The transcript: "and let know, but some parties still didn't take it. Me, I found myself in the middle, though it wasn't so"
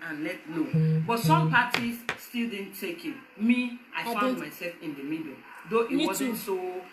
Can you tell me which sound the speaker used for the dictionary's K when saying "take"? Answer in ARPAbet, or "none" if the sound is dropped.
K